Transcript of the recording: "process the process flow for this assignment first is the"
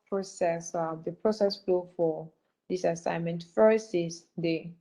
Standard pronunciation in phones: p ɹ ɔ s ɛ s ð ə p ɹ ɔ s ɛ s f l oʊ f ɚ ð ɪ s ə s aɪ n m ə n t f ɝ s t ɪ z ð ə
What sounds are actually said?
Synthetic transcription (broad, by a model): p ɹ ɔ s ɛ s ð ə p ɹ ɔ s ɛ s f l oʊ f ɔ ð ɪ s ə s aɪ n m ə n t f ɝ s ɪ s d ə